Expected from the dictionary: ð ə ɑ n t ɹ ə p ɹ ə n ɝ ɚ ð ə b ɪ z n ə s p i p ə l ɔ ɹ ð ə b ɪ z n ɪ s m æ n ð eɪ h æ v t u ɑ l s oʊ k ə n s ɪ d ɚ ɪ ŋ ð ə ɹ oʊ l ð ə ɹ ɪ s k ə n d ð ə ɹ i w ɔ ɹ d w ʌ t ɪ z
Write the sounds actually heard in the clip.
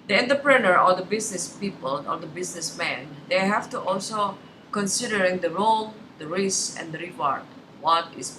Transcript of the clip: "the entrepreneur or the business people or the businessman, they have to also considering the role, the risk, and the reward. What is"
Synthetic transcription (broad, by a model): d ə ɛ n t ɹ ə p ɹ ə n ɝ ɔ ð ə b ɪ s n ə s p i p ə l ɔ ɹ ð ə b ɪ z n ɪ s m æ n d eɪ h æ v t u ɑ l s oʊ k ə n s ɪ d ɚ ɪ ŋ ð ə ɹ oʊ l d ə ɹ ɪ s ə n d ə ɹ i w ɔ ɹ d w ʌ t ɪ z